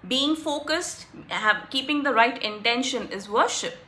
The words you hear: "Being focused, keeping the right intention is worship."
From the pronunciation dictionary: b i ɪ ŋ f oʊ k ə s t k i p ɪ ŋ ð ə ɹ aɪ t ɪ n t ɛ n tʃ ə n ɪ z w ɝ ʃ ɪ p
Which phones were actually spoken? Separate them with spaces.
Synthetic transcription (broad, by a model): b i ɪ ŋ f oʊ k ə s t k i p ɪ ŋ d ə ɹ aɪ t ɪ n t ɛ n ʃ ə n ɪ z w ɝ ʃ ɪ p